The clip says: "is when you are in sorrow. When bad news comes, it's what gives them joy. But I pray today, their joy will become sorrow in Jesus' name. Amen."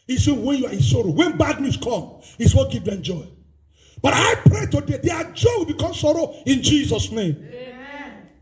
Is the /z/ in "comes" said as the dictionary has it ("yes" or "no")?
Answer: no